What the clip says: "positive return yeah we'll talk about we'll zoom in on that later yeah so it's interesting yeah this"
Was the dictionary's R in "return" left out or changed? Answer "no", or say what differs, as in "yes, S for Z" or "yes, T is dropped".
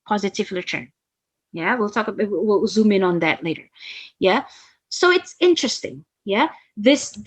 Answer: yes, L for R